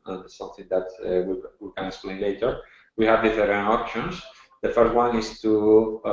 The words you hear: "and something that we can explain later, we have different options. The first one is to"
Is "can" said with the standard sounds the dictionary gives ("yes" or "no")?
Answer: no